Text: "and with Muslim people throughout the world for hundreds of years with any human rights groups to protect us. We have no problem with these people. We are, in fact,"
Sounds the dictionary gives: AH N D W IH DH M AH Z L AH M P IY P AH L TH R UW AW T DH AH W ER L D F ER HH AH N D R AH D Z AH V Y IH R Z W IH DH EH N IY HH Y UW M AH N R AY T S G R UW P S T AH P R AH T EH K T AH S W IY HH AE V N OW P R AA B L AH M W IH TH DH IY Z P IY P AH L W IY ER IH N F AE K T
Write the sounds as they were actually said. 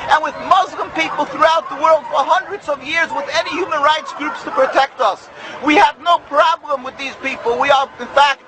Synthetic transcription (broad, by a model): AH N W IH DH M AH Z L AH M P IY P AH L TH R UW AW T DH AH W ER L D F ER HH AH N D R AH D Z AH V Y IH R Z W IH DH EH N IY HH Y UW M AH N R AY T S G R UW P S T AH P R AH T EH K T AH S W IY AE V N OW P R AA B L AH M W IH DH IY Z P IY P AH L W IY ER IH N F AE K T